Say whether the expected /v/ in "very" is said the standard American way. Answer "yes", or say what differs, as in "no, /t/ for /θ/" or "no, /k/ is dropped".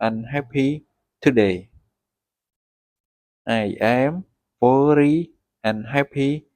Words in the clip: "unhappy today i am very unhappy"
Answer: no, /f/ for /v/